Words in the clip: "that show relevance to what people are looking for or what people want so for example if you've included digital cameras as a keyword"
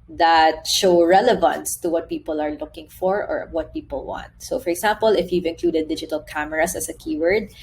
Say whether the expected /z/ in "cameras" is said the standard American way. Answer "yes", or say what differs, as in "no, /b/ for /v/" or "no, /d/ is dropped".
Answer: no, /s/ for /z/